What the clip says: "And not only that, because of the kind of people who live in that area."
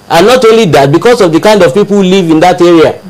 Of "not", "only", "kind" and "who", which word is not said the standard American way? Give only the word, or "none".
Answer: none